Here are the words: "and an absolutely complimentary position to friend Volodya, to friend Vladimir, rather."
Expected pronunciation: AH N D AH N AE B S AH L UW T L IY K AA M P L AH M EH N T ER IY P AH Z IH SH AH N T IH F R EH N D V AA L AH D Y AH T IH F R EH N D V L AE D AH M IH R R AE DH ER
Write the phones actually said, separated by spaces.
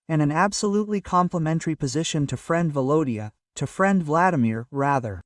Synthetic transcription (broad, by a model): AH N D AH N AE B S AH L UW T L IY K AA M P L AH M EH N T ER IY P AH Z IH SH AH N T IH F R EH N D V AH L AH D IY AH T IH F R EH N D V L AE D AH M IH R R AE DH ER